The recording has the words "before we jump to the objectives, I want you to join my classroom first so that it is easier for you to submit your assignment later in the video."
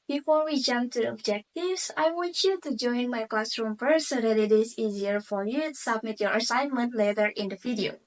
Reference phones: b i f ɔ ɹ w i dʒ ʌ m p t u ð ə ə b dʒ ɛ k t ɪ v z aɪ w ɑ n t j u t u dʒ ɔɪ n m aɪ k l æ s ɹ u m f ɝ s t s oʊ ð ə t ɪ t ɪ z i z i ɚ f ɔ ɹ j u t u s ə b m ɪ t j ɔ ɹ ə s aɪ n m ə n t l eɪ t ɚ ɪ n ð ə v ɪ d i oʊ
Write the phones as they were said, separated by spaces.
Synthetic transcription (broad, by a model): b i f ɔ ɹ w i dʒ ʌ m p t u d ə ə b dʒ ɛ k t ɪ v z aɪ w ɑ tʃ j u t u dʒ ɔɪ n m aɪ k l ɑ s ɹ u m p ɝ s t s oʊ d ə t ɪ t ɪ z i z i ɚ f ɔ ɹ j u t u s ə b m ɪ t j ɔ ɹ ə s aɪ n m ə n t l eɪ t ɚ ɪ n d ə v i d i oʊ